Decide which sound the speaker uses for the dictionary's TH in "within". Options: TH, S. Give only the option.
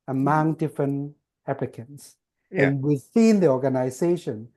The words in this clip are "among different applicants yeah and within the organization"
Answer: S